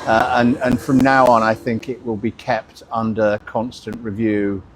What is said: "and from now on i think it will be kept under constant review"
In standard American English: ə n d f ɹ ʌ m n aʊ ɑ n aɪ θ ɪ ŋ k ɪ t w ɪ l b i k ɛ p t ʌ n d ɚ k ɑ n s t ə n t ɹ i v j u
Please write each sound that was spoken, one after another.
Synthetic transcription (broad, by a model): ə n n f ɹ ʌ m n aʊ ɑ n aɪ θ ɪ ŋ k ɪ t w ɪ l b i k ɛ p t ʌ n d ɚ k ɑ n s t ə n t ɹ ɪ v j u